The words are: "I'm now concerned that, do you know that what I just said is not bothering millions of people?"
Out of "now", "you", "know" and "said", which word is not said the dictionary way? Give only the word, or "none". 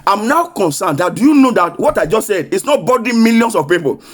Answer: none